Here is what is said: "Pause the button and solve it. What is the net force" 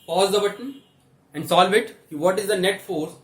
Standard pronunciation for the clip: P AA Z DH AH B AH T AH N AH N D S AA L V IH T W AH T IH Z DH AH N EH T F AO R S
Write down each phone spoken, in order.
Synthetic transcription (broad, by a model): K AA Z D AH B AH T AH N AH N D S AA L V IH T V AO T IH Z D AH N EH T F AO R S